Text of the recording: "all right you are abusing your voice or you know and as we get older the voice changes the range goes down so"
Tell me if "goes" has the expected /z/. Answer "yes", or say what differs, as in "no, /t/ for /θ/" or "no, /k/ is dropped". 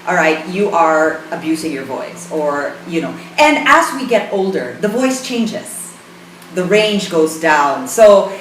yes